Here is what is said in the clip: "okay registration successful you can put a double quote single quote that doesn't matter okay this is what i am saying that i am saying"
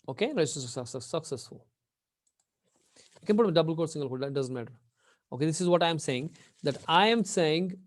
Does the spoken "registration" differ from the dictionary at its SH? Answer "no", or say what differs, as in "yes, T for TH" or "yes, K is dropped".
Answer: yes, S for SH